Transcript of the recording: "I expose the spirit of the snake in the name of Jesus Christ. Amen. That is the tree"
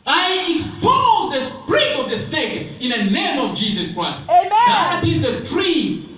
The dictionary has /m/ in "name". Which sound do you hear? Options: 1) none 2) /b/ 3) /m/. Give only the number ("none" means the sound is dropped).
3